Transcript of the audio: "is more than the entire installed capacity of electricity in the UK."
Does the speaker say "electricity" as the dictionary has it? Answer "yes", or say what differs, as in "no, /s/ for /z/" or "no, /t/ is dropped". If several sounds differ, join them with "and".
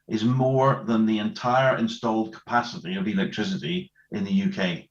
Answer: yes